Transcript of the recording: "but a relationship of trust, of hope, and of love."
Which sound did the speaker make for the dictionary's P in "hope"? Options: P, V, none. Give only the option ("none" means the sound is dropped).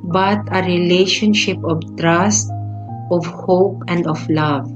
P